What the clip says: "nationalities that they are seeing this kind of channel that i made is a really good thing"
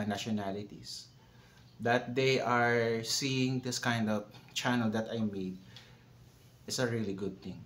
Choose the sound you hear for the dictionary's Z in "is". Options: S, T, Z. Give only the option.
S